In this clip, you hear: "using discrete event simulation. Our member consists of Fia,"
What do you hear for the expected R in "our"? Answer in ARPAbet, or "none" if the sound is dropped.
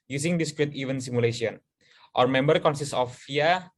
R